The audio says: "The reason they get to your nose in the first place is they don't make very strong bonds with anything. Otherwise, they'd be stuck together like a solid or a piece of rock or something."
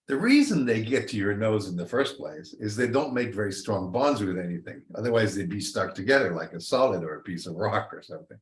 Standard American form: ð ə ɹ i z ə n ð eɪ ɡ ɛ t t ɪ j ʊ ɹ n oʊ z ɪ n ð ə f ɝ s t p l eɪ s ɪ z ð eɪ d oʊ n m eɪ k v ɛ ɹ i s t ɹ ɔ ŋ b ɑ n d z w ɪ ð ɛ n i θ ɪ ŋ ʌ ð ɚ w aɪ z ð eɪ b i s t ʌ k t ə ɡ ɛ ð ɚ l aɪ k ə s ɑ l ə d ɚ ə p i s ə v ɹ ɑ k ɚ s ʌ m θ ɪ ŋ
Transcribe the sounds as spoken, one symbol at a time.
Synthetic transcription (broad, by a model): ð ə ɹ i z ə n ð eɪ ɡ ɛ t t ɪ j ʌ ɹ n oʊ z ɪ n ð ə f ɝ s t p l eɪ s ɪ z ð eɪ d oʊ n m eɪ k v ɛ ɹ i s t ɹ ɔ ŋ b ɑ n d z w ɪ ð ɛ n i θ ɪ ŋ ʌ ð ɚ w aɪ z ð eɪ b i s t ʌ k t ə ɡ ɛ ð ɚ l aɪ k ə s ɑ l ə d ɚ ə p i s ə v ɹ ɑ k ɚ s ʌ m θ ɪ ŋ